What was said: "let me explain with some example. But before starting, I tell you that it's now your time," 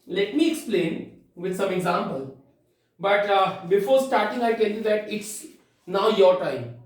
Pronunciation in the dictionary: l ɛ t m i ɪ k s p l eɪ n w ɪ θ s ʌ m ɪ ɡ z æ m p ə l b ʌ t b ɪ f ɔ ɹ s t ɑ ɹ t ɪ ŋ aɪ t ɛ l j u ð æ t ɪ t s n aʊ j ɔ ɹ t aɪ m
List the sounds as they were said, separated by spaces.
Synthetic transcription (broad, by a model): l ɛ t m i ɪ k s p l eɪ n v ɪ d s ʌ m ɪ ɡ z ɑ m p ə l b ʌ t b ɪ f ɔ ɹ s t ɑ ɹ t ɪ ŋ aɪ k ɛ n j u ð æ t ɪ t s n aʊ j ɔ ɹ t aɪ m